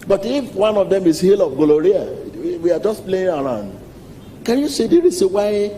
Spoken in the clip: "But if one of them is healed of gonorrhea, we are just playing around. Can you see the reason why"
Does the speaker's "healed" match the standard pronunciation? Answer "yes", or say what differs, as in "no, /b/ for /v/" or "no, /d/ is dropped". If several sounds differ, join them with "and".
no, /d/ is dropped